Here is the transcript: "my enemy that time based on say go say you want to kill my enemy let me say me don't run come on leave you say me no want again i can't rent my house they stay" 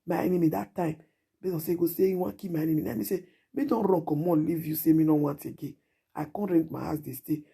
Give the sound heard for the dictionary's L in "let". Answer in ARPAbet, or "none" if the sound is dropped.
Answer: N